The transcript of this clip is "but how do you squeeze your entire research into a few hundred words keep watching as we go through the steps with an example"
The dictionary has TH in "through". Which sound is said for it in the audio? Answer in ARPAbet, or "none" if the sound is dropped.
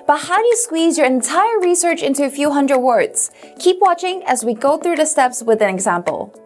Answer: TH